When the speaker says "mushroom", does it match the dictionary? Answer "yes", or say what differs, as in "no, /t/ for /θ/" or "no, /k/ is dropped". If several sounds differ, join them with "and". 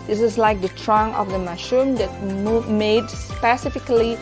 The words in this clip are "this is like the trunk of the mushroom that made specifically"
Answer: no, /ɹ/ is dropped